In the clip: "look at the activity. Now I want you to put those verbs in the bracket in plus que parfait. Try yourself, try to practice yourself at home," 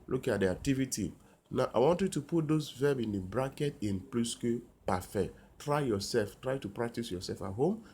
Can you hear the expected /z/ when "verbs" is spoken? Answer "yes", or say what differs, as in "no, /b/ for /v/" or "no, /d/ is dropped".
no, /z/ is dropped